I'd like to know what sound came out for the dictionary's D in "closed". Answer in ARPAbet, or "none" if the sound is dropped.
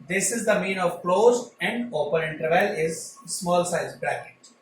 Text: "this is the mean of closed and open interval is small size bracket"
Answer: none